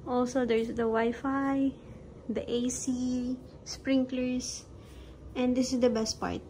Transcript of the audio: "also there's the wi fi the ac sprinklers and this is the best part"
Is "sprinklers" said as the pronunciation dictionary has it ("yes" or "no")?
no